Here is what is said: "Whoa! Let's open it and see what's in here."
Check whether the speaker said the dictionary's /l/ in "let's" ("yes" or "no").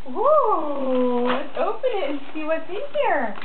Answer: no